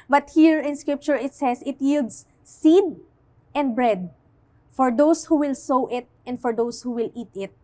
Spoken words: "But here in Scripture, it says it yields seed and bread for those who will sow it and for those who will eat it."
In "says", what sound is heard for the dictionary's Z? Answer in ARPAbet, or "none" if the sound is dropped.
S